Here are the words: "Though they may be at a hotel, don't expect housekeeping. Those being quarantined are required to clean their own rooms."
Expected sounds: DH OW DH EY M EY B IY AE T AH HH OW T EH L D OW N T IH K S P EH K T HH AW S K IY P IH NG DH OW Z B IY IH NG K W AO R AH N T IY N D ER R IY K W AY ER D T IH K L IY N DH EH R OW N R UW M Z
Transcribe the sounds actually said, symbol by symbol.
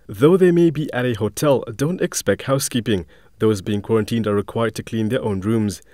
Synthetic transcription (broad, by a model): DH OW DH EY M EY B IY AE T AH HH OW T EH L D OW N T IH K S P EH K T HH AW S K IY P IH NG DH OW Z B IY IH NG K W AO R AH N T IY N D ER R IY K W AY ER D T IH K L IY N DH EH R OW N R UW M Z